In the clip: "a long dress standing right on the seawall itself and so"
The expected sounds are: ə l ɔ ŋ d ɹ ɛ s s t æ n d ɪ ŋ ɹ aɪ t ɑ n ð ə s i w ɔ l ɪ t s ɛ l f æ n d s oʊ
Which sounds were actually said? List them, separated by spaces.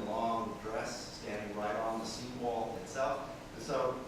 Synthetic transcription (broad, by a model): l ɔ ŋ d ɹ ɛ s s t æ n d ɪ ŋ ɹ aɪ t n ð ə s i w ɔ l ɪ t s ɛ l f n s oʊ